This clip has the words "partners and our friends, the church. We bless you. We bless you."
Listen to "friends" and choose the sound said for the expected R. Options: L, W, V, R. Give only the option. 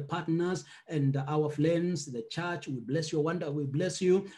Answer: L